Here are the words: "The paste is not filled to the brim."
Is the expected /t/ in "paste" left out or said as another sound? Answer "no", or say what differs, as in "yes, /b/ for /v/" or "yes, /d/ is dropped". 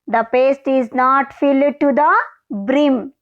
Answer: no